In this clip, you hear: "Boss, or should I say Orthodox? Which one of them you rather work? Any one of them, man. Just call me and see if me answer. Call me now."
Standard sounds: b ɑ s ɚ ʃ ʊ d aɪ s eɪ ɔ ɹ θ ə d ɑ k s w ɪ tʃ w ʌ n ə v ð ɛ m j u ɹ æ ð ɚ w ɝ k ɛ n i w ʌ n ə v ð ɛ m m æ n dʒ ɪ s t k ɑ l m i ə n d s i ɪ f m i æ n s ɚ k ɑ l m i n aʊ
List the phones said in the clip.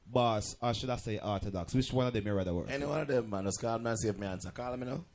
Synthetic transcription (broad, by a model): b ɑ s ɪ ʃ ʊ d aɪ s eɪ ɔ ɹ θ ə d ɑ k s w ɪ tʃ w ʌ n ə v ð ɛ m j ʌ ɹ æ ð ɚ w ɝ ɛ n i w ʌ n ə v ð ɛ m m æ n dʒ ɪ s k ɑ l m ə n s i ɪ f m i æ n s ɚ k ɑ l m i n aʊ